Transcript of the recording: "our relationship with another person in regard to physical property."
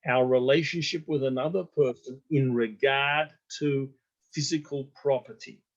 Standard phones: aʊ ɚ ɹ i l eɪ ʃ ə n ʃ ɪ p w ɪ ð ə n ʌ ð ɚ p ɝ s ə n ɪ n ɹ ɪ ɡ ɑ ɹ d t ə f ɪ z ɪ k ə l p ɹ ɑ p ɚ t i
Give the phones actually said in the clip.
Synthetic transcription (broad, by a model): aʊ ɚ ɹ i l eɪ ʃ ə n ʃ ɪ p w ɪ ð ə n ʌ ð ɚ p ɝ s ə n ɪ n ɹ ɪ ɡ ɑ ɹ d t ə f ɪ z ɪ k ə l p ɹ ɑ p ɚ t i